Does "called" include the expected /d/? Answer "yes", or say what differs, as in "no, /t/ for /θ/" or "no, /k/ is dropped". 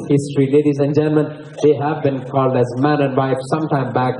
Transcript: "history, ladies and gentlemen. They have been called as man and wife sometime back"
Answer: yes